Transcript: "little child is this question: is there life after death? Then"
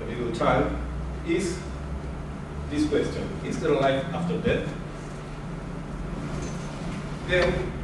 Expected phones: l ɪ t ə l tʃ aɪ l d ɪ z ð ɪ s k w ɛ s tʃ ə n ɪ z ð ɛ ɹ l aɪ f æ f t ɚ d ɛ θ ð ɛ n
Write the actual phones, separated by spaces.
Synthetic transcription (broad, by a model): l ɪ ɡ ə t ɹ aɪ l ɪ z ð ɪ s k w ɛ s tʃ ə n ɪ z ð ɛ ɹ l aɪ f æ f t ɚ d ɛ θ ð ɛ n